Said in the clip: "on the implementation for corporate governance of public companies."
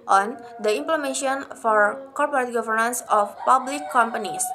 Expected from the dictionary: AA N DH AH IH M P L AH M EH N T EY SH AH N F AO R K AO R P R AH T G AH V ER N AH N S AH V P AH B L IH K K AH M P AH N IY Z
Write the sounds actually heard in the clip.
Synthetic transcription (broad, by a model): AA N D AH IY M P L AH M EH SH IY AH N F AO R K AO R P R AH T G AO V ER N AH N S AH F P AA B L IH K K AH M P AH N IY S